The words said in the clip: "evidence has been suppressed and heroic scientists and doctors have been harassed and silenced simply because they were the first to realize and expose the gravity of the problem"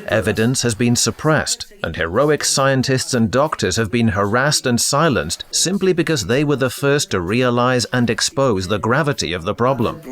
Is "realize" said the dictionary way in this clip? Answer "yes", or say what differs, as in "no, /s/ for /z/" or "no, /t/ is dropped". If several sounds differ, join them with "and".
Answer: yes